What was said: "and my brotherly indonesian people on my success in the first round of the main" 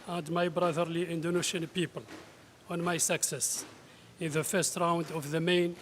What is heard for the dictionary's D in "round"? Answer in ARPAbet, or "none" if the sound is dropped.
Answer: D